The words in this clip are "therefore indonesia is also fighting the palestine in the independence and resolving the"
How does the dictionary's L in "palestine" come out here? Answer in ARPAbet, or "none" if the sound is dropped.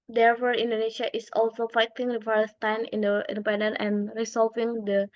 none